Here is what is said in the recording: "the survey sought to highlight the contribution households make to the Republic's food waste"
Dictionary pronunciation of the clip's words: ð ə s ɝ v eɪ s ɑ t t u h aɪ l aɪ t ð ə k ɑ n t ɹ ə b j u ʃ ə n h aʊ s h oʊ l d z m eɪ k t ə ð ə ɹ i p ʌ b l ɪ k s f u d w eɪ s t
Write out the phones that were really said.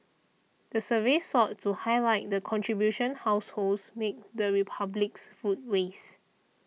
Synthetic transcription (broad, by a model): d ə s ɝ v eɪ s ɑ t t u h aɪ l aɪ t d ə k ɑ n t ɹ ə b j u ʃ ə n h aʊ s h oʊ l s m eɪ k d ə ə ɹ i p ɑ b l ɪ k s f u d w eɪ s